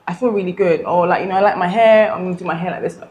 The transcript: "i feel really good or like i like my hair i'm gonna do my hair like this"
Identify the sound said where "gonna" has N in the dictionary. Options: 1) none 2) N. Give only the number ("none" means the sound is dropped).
1